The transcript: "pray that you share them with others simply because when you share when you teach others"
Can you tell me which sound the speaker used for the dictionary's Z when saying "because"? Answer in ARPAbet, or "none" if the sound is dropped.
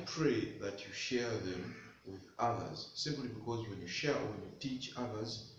Z